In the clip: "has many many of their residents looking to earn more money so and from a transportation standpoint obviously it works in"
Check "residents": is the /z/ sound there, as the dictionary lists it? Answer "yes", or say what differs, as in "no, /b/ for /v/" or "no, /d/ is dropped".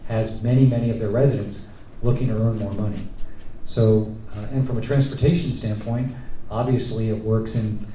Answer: yes